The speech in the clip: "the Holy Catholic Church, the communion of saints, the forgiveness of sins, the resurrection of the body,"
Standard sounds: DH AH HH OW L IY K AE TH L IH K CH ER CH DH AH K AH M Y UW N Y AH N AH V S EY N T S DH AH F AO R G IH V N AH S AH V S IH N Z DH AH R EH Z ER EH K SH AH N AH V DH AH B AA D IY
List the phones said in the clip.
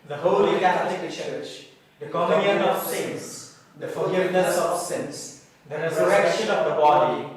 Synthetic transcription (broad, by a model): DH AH HH OW L IY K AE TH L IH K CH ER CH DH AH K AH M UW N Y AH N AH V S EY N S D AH F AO L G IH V N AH S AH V S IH N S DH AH R EH Z ER EH K SH AH N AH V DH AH B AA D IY